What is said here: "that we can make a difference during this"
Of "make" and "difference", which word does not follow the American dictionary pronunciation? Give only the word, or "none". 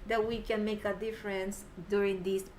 none